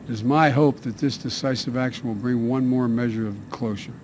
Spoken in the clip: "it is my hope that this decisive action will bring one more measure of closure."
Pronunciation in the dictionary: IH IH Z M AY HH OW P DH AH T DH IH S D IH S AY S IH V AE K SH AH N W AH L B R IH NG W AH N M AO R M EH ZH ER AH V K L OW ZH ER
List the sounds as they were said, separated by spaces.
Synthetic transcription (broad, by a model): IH IH Z M AY HH OW P DH AH T DH IH S D IH S AY S IH V AE K SH AH N W AH L B R IH NG W AH N M AO R M EH ZH ER AH V K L OW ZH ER